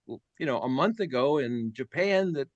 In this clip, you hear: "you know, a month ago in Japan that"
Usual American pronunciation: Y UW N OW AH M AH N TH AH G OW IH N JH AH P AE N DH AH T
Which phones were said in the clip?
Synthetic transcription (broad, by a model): Y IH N OW AH M AH N TH AH G OW IH N JH AH P AE N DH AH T